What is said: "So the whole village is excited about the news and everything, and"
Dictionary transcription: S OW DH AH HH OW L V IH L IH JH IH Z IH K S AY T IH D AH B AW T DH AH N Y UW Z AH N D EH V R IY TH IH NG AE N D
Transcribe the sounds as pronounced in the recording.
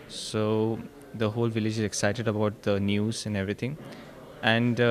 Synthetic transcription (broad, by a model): S OW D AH HH OW L V IH L IH JH IH Z IH K S AY T IH D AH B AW T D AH N Y UW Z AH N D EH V R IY T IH NG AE N D